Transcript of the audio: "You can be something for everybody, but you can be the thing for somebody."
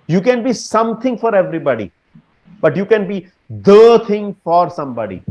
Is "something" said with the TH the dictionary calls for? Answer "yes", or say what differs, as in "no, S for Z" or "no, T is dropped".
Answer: no, T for TH